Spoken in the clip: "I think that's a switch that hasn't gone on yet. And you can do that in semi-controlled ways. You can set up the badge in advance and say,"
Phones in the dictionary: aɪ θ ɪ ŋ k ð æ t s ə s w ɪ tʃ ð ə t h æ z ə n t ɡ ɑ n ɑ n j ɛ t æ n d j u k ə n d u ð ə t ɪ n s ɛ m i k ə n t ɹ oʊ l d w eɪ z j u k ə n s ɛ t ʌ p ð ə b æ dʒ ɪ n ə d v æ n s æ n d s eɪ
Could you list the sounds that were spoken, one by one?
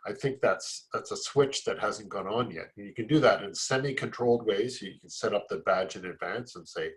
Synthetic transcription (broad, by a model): aɪ θ ɪ ŋ k ð æ t s ə s w ɪ tʃ ð ə t h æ z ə n ɡ ɑ n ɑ n j ɛ t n j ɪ k ə n d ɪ ð ə t ɪ n s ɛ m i k ə n t ɹ oʊ l d w eɪ z j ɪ k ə n s ɛ t ʌ p ð ə b æ dʒ ɪ n ə d v æ n s n s eɪ